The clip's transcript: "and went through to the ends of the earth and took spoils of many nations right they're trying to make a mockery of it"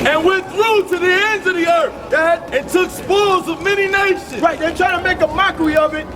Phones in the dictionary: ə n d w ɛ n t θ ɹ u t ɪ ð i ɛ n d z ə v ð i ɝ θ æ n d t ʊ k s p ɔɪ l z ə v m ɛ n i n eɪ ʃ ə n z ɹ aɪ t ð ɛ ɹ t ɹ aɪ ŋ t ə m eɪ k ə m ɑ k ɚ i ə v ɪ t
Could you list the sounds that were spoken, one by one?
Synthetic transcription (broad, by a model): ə n w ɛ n θ ɹ u t ɪ ð i ɛ n d z ə v ð i ɝ θ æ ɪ t ʊ k s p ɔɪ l z ə v m ɛ n i n eɪ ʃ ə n ɹ aɪ t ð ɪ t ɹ aɪ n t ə m eɪ k ə m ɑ k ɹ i ə v ɪ t